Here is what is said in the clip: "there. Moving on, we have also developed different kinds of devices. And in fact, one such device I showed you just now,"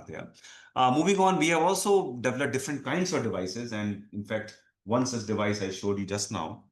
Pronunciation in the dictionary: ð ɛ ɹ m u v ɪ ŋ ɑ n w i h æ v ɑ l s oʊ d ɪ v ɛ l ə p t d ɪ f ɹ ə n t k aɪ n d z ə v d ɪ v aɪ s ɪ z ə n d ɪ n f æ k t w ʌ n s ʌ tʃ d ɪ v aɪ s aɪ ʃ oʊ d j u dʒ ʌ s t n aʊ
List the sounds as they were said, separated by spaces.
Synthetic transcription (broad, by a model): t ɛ m u v ɪ ŋ ɑ n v i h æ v ɑ l s oʊ d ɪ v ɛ l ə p d ɪ f ɹ ə n t k aɪ n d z ə v d ɪ v aɪ s ɪ z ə n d ɪ n f æ k t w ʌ n s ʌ s d ɪ v aɪ s aɪ ʃ oʊ d j u dʒ ʌ s t n aʊ